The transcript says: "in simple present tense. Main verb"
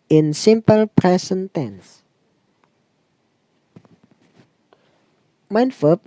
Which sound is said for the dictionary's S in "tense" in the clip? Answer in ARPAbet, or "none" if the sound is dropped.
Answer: S